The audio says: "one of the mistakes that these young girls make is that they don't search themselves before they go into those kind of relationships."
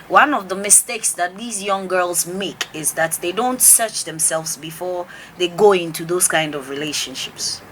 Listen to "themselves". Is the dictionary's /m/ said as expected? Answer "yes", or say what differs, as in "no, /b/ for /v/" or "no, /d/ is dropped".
yes